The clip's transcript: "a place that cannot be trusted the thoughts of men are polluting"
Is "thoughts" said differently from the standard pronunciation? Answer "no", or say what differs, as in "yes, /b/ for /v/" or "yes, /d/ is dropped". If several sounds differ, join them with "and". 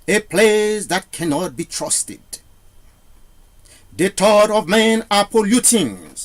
yes, /t/ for /θ/ and /s/ is dropped